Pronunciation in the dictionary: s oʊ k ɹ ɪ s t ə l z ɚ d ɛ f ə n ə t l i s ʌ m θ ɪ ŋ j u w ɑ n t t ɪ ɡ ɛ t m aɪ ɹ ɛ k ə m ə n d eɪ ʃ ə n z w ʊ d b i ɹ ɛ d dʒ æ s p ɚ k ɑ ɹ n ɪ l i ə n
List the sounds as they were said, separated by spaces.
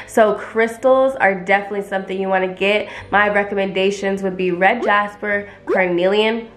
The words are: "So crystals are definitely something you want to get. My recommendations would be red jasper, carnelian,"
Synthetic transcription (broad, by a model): s oʊ k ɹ ɪ s t l z ɚ d ɛ f ə n ə t l i s ʌ m θ ɪ ŋ j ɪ w ɑ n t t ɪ ɡ ɛ t m aɪ ɹ ɛ k ə m ə n d eɪ ʃ ə n z w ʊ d b i ɹ ɛ d dʒ æ s p ɚ k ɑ ɹ n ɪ l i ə n